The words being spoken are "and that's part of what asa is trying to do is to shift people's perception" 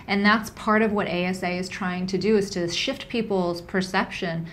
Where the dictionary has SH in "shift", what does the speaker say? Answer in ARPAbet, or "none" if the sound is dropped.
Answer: SH